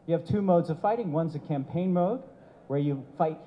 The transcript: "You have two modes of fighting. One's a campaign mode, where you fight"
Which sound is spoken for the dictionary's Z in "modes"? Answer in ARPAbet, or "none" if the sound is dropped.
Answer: Z